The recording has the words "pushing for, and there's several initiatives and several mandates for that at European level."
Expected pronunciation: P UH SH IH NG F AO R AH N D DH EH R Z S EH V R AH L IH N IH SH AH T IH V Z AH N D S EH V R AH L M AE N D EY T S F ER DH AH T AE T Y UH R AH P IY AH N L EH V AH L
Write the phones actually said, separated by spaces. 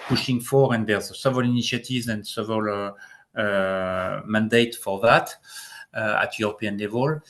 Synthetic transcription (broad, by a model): P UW SH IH NG F AO R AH N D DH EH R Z S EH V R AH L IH N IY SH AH T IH V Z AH N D S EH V AH L M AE N D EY T F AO DH AH T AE T Y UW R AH P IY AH N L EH V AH L